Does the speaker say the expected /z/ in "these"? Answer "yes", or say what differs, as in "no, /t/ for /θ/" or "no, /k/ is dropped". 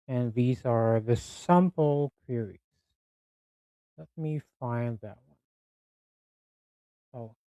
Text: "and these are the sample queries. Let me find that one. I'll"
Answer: yes